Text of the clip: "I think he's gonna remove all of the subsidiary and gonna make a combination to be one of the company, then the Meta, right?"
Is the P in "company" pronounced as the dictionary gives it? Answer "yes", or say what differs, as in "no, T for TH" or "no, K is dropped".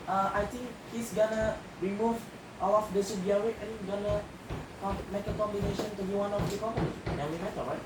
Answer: no, P is dropped